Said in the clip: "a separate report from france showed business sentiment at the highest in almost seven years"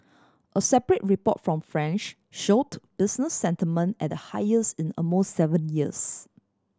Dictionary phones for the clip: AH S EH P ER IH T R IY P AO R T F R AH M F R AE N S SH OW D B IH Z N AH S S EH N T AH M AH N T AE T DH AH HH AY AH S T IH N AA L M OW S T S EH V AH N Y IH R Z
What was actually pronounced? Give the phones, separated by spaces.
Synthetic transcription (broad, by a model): AH S EH P ER IH T R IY P AO T F R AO M F R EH N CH SH OW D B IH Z N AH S S EH N T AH M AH N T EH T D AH HH AY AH S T IH N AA M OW S T S EH V AH N Y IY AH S